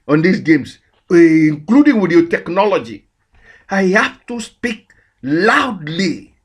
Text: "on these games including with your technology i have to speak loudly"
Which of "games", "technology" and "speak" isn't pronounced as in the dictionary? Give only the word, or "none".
games